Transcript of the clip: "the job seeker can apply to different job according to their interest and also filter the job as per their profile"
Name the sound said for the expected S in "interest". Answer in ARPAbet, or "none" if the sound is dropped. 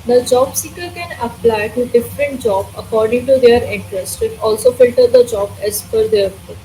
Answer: S